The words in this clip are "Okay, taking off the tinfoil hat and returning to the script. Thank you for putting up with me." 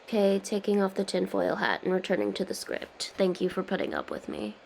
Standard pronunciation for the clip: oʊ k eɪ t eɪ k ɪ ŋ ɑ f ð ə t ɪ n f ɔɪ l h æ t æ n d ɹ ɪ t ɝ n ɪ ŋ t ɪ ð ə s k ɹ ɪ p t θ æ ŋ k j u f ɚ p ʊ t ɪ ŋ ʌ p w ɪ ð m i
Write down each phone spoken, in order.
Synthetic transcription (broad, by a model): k eɪ t eɪ k ɪ ŋ ɑ f ð ə t ɪ n f ɔɪ l h æ t n ɹ ɪ t ɝ n ɪ ŋ t ɪ ð ə s k ɹ ɪ p t θ æ ŋ k j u f ɚ p ʊ t ɪ ŋ ʌ p w ɪ ð m i